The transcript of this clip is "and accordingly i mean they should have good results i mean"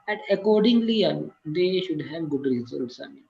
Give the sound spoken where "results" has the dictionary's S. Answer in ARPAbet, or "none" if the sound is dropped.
S